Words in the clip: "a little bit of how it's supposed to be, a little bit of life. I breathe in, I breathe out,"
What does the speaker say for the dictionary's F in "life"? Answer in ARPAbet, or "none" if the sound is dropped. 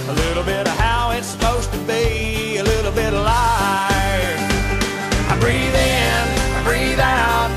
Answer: none